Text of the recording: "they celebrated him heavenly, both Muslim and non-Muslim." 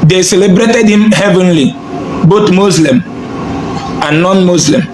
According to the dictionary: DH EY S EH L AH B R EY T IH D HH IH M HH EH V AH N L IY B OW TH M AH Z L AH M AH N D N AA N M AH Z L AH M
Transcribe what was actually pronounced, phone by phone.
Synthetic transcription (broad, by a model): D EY S EH L AH B R EY T IH D HH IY M HH EH V AH N L IY B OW T M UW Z L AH M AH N N AA N M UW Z L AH M